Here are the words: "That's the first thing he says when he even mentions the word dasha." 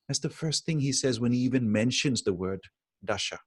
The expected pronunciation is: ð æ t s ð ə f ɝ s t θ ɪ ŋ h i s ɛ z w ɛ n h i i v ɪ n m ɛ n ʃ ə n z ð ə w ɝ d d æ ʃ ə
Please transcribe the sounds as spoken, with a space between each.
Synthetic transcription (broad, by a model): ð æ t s ð ə f ɝ s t θ ɪ ŋ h i s ɛ z w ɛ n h i i v ɪ n m ɛ n ʃ ə n z ð ə w ɝ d d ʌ ʃ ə